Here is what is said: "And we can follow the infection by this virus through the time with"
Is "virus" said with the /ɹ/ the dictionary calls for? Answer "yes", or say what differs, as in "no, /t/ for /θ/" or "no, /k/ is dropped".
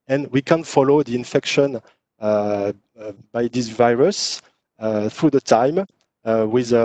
yes